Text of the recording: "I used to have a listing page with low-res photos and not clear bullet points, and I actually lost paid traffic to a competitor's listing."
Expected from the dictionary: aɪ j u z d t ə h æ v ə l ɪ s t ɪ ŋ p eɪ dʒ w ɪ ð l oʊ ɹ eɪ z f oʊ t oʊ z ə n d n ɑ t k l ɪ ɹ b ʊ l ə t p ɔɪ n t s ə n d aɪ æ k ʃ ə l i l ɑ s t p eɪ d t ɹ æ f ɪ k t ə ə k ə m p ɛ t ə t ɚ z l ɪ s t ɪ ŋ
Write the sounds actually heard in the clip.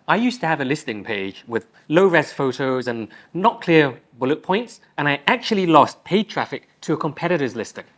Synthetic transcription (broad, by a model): aɪ j u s t ə v ə l ɪ s t ɪ ŋ p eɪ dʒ w ɪ ð l oʊ ɹ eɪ s f oʊ t oʊ z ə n n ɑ t k l ɪ ɹ b ʊ l ə t p ɔɪ n t s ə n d aɪ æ k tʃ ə l i l ɑ s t p eɪ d t ɹ æ f ɪ k t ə ə k ə m p ɛ t ə t ɚ z l ɪ s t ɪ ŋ